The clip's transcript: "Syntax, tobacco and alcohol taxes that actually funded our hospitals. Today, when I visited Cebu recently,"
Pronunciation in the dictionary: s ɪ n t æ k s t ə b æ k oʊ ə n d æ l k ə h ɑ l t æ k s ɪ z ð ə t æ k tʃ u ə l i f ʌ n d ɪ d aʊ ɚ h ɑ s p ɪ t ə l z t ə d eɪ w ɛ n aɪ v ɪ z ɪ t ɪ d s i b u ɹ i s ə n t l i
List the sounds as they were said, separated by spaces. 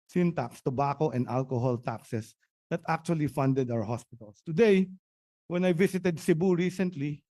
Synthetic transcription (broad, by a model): s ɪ n t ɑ k s t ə b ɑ k oʊ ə n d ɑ l k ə h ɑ l t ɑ k s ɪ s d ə t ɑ k tʃ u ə l i f ʌ n d ɪ d aʊ ɚ h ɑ s p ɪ t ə l s t ə d eɪ w ɛ n aɪ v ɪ s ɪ t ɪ d s i b u ɹ i s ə n t l i